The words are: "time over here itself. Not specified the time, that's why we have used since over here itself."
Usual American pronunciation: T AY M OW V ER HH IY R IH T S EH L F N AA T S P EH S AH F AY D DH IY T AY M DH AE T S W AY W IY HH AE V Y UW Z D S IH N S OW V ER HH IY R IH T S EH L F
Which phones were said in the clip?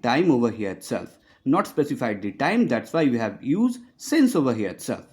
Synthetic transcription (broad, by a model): T AY M OW V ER HH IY R IH T S EH L F N AA T S P EH S AH F AY D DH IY T AY M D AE T S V AY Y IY HH AE V Y UW Z D S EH N S OW V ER HH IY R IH T S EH L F